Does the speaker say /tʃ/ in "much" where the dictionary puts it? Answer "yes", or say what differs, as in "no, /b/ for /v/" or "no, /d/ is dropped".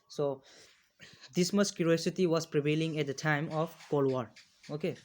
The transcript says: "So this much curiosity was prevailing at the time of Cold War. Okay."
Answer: no, /s/ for /tʃ/